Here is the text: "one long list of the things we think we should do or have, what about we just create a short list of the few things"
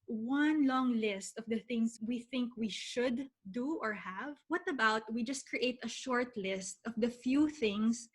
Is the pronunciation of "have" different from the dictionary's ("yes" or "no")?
no